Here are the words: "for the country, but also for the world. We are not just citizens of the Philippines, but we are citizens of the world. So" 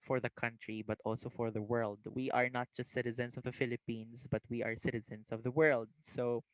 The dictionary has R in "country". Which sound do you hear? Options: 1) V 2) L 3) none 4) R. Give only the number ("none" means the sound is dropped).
4